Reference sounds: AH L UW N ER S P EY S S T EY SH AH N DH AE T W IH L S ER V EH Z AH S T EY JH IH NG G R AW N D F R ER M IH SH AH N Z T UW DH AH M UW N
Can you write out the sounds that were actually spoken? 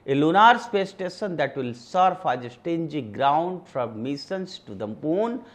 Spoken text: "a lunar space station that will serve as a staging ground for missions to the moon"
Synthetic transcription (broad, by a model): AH L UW N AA S P EY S S T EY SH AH N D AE T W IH L S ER F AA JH AH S T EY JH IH G R AW N D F R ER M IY S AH N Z T UW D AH M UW N